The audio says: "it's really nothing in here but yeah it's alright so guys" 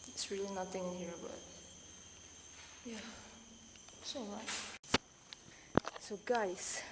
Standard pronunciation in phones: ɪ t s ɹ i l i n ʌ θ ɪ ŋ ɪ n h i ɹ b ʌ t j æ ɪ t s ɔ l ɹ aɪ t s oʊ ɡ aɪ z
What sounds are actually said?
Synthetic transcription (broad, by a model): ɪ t s ɹ i l i n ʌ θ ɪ ŋ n h i ɹ b ʌ t j æ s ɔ ɹ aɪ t s oʊ ɡ aɪ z